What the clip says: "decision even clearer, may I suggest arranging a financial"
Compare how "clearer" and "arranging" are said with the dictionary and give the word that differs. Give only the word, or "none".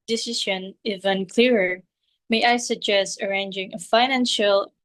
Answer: none